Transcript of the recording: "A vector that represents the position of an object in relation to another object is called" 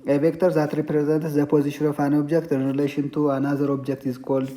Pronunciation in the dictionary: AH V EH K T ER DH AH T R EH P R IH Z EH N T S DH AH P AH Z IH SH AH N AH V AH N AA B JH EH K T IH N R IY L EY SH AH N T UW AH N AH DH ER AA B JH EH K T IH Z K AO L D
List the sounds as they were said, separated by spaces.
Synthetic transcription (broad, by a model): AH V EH K T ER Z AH T R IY P R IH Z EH N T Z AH P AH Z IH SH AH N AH F AH N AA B JH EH K T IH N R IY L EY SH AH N T UW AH N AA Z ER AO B JH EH K T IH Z K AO L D